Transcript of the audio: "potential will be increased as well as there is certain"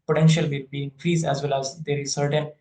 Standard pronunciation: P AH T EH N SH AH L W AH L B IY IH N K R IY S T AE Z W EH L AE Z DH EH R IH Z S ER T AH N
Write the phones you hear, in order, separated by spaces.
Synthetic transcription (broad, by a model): P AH T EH N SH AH L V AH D B IY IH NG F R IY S AE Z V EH L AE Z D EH R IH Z S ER T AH N